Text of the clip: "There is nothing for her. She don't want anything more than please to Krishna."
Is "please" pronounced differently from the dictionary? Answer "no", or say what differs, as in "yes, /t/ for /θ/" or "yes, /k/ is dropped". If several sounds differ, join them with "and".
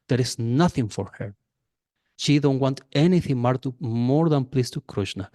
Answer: yes, /s/ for /z/